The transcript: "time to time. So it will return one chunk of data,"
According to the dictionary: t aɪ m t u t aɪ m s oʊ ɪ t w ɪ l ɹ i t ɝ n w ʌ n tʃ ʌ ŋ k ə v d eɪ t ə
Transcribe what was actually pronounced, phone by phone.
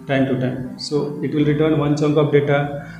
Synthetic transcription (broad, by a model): t aɪ m t u t aɪ m s oʊ ɪ t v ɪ l ɹ i t ɝ n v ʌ n tʃ ʌ ŋ k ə p d eɪ t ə